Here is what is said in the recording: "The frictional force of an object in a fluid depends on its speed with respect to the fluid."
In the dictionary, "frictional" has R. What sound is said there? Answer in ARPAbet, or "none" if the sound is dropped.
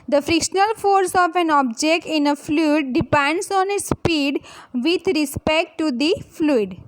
R